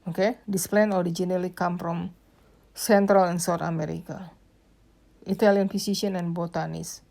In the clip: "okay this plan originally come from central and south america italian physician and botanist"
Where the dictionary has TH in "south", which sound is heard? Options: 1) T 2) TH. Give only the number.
1